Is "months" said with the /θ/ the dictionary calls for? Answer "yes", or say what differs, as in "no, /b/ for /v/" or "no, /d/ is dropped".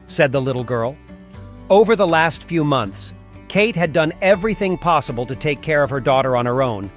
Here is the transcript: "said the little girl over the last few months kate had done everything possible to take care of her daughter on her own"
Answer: yes